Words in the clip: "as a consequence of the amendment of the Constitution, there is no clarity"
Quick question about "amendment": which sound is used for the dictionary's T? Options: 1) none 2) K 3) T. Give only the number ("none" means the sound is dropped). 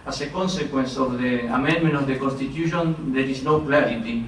1